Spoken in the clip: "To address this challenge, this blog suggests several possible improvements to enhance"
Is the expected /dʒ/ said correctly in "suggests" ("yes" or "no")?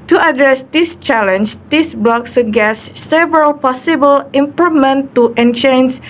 no